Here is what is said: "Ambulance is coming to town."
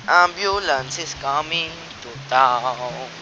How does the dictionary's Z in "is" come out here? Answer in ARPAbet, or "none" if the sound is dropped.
S